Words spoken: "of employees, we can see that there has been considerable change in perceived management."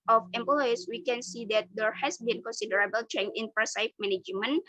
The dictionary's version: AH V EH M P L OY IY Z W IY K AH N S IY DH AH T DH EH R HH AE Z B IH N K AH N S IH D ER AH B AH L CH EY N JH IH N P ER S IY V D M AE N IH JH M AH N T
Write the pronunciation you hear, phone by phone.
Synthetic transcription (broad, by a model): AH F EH M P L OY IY S W IY K AH N S IY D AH T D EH R HH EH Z B IH N K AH N S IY D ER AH B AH L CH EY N IH N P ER S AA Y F M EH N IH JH M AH N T